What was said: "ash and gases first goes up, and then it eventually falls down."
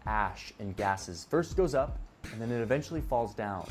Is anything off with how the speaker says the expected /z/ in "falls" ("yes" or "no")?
no